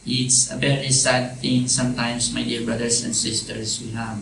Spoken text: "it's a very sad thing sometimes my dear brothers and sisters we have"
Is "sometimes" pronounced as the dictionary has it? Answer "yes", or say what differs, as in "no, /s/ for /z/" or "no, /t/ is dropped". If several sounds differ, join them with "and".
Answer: no, /s/ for /z/